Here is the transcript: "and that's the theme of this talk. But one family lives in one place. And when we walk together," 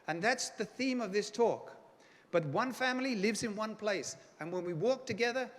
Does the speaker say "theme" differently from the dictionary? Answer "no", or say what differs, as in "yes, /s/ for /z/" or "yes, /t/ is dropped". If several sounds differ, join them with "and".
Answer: no